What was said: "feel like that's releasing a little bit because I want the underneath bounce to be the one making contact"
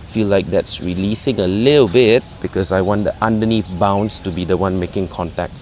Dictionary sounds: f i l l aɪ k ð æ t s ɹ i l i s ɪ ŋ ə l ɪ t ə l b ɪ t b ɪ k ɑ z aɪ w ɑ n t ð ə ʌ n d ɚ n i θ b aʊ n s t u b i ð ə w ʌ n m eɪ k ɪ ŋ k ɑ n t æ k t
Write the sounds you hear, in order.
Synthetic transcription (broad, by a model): f i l l aɪ k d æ t s ɹ i l i s ɪ ŋ ə l ɪ t ə l b ɪ t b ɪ k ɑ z aɪ w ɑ n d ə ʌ n d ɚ n i f b aʊ n s t u b i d ə w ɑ n m eɪ k ɪ ŋ k ɑ n t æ k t